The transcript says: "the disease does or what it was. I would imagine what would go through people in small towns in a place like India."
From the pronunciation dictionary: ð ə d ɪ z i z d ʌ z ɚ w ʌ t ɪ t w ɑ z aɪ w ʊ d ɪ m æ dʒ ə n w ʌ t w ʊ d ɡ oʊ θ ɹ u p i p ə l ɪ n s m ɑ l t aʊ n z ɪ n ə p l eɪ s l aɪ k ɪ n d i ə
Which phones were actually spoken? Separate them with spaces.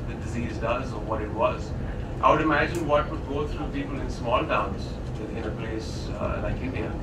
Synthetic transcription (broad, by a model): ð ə d ɪ z i z d ʌ z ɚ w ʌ t ɪ t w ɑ z aɪ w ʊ d ɪ m æ dʒ ə n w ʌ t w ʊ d ɡ oʊ t ɹ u p i p ə l ɪ n s m ɑ l t aʊ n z ɪ n ə p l eɪ s n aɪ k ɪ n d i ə